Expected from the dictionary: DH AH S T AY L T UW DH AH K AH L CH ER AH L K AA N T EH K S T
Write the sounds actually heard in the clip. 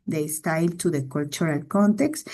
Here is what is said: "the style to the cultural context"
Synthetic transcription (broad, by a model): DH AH S T AY L T UW DH AH K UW L CH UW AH L K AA N T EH K S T